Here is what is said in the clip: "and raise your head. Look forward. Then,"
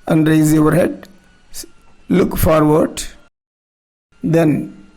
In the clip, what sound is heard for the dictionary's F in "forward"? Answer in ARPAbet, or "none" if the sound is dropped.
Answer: F